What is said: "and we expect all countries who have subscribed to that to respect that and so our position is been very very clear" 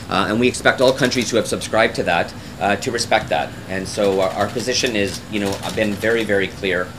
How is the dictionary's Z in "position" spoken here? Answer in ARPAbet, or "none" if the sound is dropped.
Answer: Z